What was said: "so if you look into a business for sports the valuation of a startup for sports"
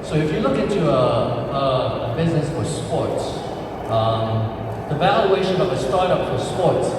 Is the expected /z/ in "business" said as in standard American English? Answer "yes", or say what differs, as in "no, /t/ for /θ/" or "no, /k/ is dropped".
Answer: yes